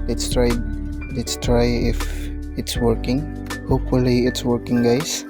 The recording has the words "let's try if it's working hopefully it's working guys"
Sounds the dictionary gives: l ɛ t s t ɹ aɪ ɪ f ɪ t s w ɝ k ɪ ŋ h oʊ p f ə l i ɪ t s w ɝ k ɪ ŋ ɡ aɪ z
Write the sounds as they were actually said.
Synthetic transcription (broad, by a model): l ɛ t s t ɹ aɪ ɪ f ɪ t s w ɝ k ɪ ŋ h oʊ p f ə l i ɪ t s w ɝ k ɪ ŋ ɡ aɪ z